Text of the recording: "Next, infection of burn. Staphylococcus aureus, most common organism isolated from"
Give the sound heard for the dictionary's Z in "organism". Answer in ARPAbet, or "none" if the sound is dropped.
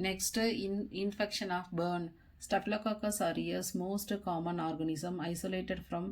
S